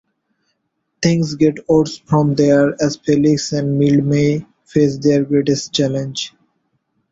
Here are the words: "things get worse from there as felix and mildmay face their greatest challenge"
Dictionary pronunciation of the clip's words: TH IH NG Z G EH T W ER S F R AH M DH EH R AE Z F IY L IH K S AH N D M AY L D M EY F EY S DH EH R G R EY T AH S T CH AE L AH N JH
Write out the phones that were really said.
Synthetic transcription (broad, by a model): T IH NG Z G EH T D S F R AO M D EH R AE Z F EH L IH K S AH N D M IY L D M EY F EY S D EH R G R EY T AH S T CH AE L AH N JH